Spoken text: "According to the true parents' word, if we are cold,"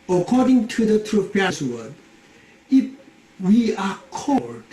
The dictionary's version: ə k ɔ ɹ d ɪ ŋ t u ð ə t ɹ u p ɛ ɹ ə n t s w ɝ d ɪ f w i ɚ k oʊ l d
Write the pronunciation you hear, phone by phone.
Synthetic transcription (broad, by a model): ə k ɔ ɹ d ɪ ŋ t u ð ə t ɹ u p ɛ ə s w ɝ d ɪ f w i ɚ k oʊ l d